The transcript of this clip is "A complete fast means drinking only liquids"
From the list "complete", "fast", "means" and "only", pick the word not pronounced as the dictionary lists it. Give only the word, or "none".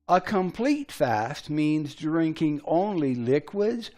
none